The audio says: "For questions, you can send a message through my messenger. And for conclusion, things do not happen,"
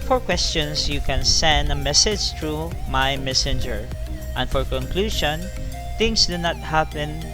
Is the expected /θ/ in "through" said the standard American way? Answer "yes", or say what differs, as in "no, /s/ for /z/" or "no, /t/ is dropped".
no, /t/ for /θ/